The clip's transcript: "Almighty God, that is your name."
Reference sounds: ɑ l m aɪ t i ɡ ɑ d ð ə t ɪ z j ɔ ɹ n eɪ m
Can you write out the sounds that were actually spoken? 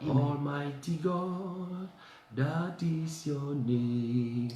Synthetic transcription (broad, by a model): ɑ l m aɪ t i ɡ ɑ d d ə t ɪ s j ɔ n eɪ